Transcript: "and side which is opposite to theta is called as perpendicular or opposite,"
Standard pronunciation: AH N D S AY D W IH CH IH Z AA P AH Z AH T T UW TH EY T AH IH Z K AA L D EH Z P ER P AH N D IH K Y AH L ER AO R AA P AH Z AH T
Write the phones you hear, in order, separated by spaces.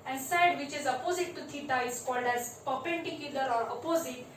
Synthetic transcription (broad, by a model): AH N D S AY D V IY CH IH Z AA P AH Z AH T T UW T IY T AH IH Z K AA L D EH Z P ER P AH N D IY K Y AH L ER AO R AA P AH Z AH T